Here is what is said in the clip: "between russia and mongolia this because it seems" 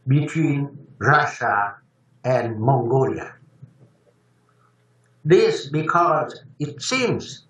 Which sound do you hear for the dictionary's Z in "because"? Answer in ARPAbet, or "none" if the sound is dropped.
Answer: Z